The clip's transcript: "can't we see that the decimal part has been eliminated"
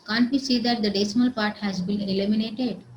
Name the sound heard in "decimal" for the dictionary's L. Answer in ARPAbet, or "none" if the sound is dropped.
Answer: L